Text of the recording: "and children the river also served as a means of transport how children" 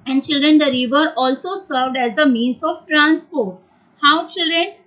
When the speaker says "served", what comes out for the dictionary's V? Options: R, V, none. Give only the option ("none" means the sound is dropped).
V